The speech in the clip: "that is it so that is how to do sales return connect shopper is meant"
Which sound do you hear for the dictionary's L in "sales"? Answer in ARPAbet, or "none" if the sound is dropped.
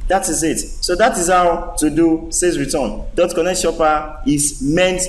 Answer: none